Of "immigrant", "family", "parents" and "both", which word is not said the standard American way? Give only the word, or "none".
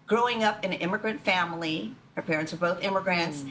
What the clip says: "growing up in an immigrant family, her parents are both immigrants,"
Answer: none